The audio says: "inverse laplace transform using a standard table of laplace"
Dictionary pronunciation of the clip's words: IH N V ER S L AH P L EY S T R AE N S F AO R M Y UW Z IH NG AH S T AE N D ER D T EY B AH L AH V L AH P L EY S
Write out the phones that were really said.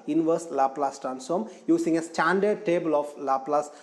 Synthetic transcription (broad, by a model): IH N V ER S L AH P L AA S T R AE N S AO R M Y UW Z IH NG AH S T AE N D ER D T EY B AH L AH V L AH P L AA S